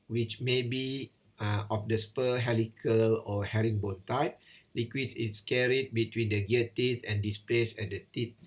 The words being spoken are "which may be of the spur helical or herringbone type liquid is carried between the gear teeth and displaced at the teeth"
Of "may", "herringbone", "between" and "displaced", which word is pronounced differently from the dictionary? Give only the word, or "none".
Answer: displaced